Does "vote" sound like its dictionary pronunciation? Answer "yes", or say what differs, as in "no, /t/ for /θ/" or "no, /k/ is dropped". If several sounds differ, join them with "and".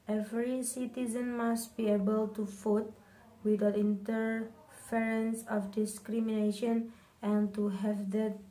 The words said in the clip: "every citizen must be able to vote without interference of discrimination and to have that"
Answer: no, /f/ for /v/